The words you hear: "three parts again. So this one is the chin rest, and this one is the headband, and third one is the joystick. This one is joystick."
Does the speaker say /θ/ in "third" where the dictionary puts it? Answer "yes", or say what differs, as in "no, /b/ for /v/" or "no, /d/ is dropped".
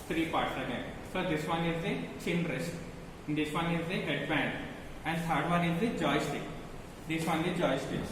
no, /s/ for /θ/